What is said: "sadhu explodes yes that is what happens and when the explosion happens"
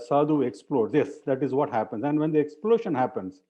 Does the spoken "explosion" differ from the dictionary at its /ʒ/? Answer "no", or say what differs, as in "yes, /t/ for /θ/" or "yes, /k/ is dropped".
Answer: yes, /ʃ/ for /ʒ/